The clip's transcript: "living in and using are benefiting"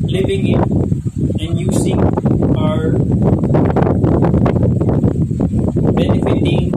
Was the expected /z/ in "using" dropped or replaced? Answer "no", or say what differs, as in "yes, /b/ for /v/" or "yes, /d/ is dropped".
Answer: yes, /s/ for /z/